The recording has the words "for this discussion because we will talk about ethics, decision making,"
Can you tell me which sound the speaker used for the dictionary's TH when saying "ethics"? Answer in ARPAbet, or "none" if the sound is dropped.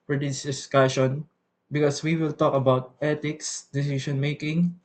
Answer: T